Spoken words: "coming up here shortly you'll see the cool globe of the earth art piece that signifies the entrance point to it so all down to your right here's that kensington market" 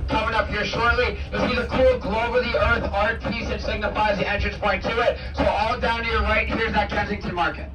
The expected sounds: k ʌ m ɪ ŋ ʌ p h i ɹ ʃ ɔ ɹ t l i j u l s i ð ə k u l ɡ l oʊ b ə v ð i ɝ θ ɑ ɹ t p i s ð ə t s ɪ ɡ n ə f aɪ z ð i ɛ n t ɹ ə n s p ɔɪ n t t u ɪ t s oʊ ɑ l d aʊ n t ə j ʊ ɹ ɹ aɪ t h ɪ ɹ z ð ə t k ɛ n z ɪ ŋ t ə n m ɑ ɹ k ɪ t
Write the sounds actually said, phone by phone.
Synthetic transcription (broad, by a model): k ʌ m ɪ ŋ ʌ p h i ɹ ʃ ɔ ɹ t l i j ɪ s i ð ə k u l ɡ l oʊ ə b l i ɝ θ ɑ ɹ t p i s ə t s ɪ ɡ n ə f aɪ z ð i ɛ n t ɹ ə n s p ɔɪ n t t u ɪ t s oʊ ɑ l d aʊ n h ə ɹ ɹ aɪ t h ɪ ɹ z ð ə t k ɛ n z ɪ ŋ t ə m ɑ ɹ k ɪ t